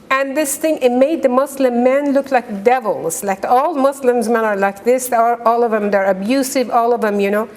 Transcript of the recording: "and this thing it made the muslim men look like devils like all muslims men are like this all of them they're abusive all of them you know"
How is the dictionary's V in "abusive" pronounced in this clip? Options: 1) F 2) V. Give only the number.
2